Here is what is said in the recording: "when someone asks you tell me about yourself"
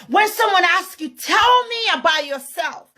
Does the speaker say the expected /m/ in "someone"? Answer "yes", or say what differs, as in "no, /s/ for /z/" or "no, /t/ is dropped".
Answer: yes